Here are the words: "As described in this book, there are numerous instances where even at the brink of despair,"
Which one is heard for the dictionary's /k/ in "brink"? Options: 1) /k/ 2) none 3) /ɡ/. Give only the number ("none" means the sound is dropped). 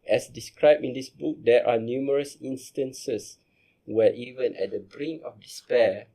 2